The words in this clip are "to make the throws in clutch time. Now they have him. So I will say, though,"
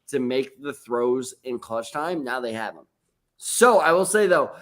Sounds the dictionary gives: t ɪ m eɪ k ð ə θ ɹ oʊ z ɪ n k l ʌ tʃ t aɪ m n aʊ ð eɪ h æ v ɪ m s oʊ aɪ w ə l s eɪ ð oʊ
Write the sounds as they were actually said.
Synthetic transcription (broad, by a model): t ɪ m eɪ k ð ə θ ɹ oʊ z ɪ n k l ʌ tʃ t aɪ m n aʊ ð eɪ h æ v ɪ m s oʊ aɪ w ə l s eɪ ð oʊ